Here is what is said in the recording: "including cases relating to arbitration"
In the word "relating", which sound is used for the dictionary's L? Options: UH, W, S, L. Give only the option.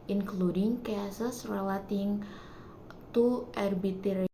W